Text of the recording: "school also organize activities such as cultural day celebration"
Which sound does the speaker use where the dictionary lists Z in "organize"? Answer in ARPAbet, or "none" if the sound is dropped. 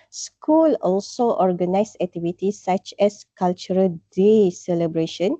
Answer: S